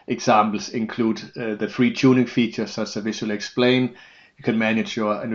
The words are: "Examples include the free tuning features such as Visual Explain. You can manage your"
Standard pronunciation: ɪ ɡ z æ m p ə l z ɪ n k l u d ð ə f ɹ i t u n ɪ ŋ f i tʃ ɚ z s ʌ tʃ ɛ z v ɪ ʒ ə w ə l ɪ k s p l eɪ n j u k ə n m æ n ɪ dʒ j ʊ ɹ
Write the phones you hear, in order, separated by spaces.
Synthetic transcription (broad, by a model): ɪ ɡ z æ m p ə l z ɪ n k l u d ð ə f ɹ i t u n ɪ ŋ f i tʃ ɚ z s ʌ s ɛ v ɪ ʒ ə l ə ɪ k s p l eɪ n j k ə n m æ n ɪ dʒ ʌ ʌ